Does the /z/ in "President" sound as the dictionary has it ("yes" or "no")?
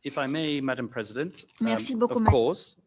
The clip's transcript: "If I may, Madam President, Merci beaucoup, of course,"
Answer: yes